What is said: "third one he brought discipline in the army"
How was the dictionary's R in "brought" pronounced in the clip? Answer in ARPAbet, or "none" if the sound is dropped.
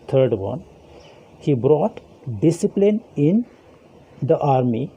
R